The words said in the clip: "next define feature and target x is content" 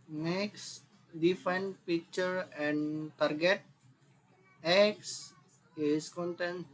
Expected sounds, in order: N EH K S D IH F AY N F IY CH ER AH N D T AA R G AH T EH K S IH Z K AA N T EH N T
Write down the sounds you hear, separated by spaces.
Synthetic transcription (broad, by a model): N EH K S D IH F AY N P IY CH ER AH N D T AA R G AH T EH K S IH S K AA N T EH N